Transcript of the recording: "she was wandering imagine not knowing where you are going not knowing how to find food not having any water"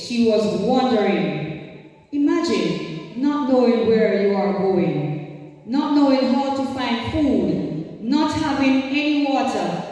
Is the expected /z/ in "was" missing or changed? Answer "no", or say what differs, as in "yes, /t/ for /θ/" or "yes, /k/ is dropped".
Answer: no